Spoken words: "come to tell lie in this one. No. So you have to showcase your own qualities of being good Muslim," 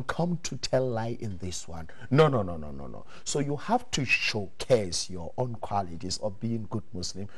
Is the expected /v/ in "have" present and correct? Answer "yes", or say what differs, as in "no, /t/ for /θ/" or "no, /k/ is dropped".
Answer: no, /f/ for /v/